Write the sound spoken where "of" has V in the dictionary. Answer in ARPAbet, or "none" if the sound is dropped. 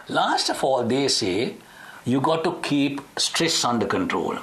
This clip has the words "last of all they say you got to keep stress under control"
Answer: F